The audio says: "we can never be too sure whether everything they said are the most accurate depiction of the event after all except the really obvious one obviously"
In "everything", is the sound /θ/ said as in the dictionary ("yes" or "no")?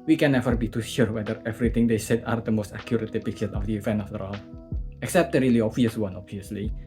no